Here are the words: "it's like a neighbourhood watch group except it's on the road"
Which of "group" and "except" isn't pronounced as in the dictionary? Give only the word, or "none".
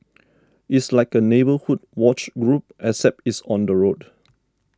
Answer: except